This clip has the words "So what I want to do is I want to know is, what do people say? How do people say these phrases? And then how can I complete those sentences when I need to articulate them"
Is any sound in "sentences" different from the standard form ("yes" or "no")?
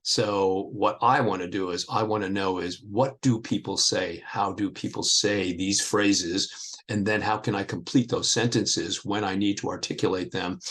no